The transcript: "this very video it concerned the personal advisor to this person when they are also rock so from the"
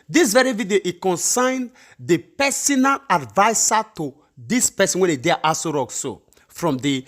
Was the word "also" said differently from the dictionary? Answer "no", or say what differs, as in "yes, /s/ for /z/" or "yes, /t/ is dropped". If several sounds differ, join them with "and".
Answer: yes, /l/ is dropped